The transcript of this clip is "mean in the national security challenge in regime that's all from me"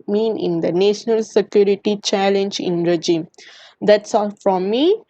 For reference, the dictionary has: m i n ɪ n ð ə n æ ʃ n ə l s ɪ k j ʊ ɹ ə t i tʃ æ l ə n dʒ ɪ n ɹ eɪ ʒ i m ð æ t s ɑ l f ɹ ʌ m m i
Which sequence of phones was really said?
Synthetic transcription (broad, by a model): m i n ɪ n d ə n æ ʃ n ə l s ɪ k j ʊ ɹ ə t i tʃ æ l ə n dʒ ɪ n ɹ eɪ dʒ i m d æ t s ɑ l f ɹ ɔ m m i